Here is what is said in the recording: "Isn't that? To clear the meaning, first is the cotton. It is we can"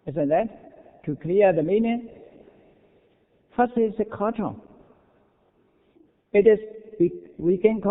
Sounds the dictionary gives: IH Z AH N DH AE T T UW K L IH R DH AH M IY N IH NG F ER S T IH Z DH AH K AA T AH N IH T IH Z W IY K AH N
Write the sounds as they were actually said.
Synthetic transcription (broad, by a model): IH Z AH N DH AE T T UW K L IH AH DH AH M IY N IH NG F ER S IH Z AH K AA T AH IH T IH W W IY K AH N